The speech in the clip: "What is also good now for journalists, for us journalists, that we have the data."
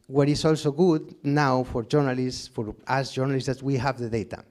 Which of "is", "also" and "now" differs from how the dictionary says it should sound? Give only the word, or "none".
is